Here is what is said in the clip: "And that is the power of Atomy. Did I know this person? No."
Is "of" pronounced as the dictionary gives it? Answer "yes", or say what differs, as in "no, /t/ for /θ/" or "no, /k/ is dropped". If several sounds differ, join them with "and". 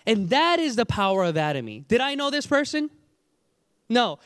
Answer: yes